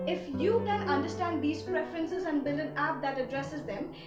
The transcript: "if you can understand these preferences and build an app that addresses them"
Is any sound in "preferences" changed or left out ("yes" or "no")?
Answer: no